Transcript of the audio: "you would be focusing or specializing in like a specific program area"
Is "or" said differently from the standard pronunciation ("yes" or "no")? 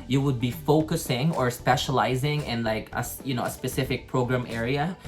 no